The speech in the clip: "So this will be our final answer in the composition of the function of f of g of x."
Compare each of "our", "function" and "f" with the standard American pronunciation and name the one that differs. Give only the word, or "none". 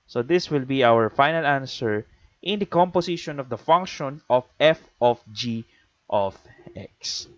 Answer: none